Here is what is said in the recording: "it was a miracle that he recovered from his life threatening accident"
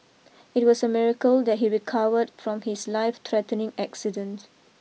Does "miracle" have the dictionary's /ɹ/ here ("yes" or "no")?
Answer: yes